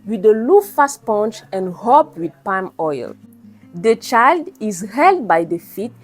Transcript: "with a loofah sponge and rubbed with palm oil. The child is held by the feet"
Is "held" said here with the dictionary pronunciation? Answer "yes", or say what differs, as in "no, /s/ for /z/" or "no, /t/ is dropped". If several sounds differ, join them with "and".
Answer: yes